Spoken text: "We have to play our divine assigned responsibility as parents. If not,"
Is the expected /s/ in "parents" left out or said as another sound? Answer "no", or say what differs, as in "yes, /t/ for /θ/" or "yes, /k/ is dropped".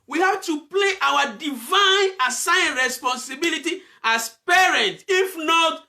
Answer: yes, /s/ is dropped